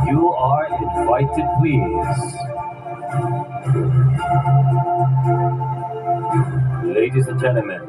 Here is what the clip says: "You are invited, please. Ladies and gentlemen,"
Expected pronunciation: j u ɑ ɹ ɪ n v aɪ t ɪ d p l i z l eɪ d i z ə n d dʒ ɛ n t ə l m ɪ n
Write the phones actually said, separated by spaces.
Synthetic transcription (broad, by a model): j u ɑ ɹ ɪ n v aɪ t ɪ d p w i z l eɪ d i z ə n dʒ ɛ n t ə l m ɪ n